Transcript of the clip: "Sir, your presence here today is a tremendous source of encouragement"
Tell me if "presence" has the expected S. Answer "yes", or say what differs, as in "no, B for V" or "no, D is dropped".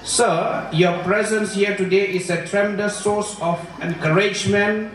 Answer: yes